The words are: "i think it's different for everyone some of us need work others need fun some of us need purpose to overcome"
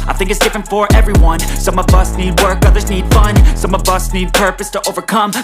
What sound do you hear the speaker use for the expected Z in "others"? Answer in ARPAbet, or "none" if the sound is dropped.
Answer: Z